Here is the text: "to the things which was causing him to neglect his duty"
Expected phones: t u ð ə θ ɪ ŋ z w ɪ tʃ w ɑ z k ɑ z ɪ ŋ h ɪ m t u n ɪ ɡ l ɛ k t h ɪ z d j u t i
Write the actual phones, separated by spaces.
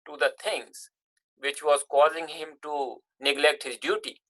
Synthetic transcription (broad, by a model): t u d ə t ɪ ŋ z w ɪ tʃ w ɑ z k ɑ z ɪ ŋ h ɪ m t u n ɪ ɡ l ɛ k t h ɪ z d j u t i